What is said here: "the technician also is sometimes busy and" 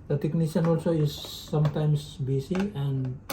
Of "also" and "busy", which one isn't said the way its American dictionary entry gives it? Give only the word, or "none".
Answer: busy